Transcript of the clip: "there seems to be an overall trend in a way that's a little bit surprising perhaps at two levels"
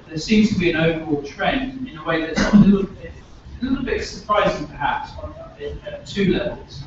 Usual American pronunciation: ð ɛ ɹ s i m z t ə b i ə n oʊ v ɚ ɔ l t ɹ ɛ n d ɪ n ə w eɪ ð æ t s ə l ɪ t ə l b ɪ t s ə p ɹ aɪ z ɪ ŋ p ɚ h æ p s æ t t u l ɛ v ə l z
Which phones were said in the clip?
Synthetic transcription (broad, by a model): ð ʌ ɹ s i m z t ə b i ə n oʊ v ɚ ɔ l t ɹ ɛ n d ɪ n ə w eɪ ð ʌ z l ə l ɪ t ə l b ɪ t s ə p ɹ aɪ z ɪ ŋ p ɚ h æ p s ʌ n t u l ɛ v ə l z